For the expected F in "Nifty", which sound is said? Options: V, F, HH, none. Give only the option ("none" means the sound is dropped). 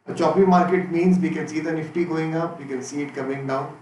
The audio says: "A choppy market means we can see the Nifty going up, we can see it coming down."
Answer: F